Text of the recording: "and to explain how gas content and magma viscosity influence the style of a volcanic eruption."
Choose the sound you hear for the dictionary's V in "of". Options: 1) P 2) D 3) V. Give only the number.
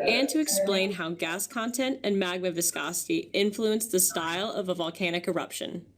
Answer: 3